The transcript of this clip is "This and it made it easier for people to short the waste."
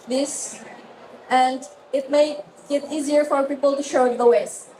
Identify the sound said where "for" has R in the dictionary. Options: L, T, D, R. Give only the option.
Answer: R